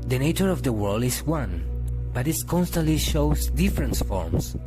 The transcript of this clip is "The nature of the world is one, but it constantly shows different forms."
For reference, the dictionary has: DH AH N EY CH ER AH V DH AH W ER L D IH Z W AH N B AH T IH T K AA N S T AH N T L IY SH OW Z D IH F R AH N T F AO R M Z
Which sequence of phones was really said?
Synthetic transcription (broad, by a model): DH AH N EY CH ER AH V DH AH W ER L D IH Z W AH N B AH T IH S K AA N S T AH N T L IY SH OW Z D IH F R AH N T F AO R M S